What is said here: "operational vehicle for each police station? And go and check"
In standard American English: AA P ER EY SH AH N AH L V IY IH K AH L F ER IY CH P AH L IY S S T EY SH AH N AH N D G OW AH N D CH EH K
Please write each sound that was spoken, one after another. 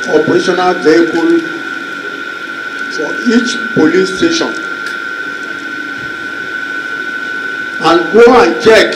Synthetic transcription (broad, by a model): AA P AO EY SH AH N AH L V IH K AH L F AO IY CH P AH L IY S S T EY SH AH N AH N G OW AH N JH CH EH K